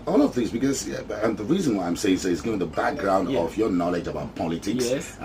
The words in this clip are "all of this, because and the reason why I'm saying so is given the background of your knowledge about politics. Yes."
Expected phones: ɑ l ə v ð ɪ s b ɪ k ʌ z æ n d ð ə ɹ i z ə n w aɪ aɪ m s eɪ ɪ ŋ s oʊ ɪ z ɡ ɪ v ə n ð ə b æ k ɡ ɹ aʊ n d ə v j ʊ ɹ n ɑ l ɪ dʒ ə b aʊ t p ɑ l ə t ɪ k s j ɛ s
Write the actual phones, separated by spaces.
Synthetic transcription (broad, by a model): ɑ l ə v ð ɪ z b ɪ k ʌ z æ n ð ə ɹ i z ə n w aɪ aɪ m s eɪ ɪ ŋ s oʊ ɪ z ɡ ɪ v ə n ð ə b æ k ɡ ɹ aʊ n d ə v j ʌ ɹ n ɑ l ɪ dʒ ə b aʊ t p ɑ l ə t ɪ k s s